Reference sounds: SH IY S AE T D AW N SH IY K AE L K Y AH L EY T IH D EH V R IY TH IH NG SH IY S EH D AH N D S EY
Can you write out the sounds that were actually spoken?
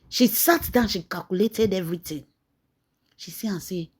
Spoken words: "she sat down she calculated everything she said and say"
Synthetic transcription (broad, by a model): SH IY S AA T D AW N SH IY K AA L K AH L EY T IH D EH V R IY T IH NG SH IY S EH AH S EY